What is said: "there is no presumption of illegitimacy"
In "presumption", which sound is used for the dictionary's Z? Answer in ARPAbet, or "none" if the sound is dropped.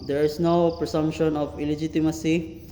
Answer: S